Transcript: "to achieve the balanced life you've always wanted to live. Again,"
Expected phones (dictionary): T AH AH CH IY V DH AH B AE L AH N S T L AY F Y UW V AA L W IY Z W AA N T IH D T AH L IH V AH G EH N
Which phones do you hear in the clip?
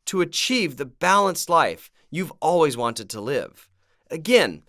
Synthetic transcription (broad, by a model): T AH AH CH IY V DH AH B AE L AH N S T L AY F Y UW V AA L W IY Z W AA N T IH D T AH L IH V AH G EH N